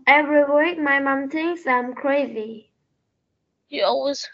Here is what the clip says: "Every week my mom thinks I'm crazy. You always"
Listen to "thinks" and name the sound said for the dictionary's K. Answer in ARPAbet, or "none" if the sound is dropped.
none